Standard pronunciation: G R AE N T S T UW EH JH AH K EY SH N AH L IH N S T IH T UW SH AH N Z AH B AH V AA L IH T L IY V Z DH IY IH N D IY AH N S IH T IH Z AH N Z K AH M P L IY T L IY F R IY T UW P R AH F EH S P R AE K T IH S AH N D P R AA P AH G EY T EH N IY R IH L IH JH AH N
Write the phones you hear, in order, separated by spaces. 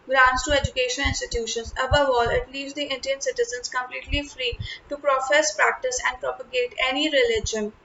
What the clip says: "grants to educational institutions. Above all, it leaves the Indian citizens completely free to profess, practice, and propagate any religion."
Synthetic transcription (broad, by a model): G R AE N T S T UW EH JH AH K EY SH AH N IH N S T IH T UW SH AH N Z AH B AH V AA L IH T L IY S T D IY IH N D IY AH N S IH T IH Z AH N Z K AH M P L IY T L IY F R IY T UW P R AH F EH S P R AE K T IH S AH N D P R AA P AH G EY T EH N IY R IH L IH JH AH N